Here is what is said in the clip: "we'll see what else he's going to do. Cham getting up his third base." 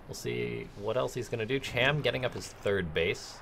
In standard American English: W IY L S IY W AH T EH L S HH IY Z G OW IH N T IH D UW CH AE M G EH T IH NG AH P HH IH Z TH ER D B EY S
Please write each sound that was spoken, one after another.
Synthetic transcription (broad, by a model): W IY L S IY W AH T EH L S HH IY Z G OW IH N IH D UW CH AE M G EH T IH NG AH P HH IH Z TH ER D B EY S